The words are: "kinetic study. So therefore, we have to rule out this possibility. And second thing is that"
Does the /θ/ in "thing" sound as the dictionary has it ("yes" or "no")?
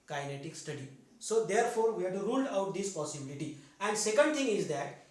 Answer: no